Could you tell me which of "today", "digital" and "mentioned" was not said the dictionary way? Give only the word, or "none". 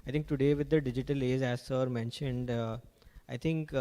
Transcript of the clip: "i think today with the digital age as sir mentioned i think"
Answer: none